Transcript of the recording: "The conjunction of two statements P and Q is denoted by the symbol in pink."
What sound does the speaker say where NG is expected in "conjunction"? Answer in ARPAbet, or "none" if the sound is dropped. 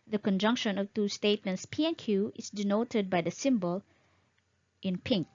NG